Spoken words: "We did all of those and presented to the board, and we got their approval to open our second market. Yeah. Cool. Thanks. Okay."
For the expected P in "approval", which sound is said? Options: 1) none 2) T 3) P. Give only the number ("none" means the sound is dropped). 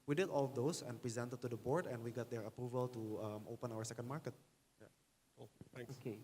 3